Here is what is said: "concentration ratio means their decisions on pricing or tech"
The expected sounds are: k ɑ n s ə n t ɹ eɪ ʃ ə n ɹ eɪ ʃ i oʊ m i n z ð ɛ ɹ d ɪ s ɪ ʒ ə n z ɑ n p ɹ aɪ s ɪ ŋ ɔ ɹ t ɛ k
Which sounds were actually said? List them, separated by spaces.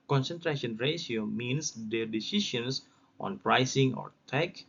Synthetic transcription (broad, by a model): k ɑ n s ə n t ɹ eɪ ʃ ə n ɹ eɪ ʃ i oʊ m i n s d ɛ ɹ d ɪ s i ʃ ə n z ɑ n p ɹ aɪ s ɪ ŋ ɔ ɹ t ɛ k